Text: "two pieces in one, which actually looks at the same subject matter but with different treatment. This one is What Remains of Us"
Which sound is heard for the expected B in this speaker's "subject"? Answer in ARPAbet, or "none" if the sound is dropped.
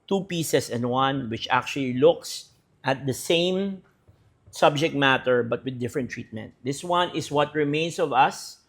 B